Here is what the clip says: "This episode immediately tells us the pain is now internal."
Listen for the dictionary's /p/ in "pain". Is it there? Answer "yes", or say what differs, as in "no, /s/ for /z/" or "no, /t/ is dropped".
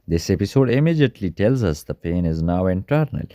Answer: yes